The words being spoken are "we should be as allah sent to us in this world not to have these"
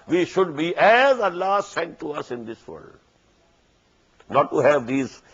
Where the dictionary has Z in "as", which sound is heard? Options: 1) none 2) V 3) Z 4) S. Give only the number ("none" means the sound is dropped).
3